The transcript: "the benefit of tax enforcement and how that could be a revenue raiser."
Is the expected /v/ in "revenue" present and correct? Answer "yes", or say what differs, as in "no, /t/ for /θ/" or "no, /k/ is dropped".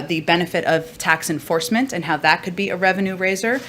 yes